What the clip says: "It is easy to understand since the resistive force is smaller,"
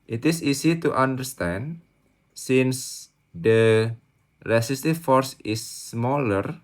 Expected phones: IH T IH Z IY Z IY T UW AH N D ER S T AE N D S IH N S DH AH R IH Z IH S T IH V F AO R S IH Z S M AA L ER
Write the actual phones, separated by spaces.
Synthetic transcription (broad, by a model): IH T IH S IY S IY T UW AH N D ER S T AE N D S IH N S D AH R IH S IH S T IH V F AO R S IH S M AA L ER